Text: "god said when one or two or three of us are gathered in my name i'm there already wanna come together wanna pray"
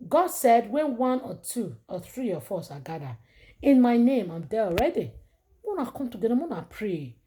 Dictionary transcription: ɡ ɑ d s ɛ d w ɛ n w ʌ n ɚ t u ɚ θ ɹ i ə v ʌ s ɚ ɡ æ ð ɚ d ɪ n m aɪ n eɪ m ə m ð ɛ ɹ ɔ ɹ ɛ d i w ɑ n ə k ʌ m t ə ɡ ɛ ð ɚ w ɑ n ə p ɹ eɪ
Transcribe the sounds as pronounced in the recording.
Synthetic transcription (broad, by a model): ɡ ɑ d s ɛ d w ɛ n w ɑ n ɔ t u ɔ θ ɹ i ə f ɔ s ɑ ɡ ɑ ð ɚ ɪ n m aɪ n eɪ m ə m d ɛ ɔ ɹ ɛ d i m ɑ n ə k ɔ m t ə ɡ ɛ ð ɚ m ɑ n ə p ɹ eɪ